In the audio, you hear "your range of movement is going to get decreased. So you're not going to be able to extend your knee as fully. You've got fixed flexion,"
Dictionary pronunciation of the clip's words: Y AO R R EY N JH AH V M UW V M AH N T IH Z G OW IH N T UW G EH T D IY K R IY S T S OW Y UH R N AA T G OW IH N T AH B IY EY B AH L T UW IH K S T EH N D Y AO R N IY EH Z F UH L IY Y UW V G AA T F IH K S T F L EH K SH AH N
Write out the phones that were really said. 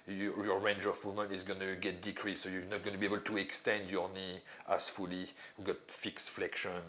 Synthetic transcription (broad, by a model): Y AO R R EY N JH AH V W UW M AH N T IH Z G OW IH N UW G EH T D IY K R IY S S OW Y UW N AA T G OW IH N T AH B IY EY B AH L T UW IH K S T EH N D Y AO R N IY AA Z F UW L IY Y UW G AA T F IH K S F L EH K SH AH N